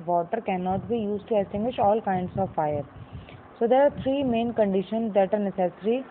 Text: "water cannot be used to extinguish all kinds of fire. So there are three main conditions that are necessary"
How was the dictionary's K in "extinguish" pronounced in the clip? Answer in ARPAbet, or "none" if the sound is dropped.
none